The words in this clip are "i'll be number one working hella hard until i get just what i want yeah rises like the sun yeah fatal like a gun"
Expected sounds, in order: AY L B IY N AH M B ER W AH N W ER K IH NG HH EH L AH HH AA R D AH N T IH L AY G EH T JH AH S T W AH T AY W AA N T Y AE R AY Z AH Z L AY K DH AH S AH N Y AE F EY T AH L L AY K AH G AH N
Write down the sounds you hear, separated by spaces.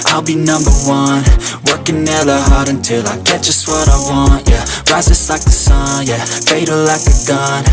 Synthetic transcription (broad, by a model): AY L B IY N AH M B ER W AH N W ER K IH NG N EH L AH HH AA R D AH N T IH L AY G EH T ZH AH S T W AH T AY W AA N T Y AE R AY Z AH S L AY K DH AH S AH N Y AE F EY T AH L L AY K AH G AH N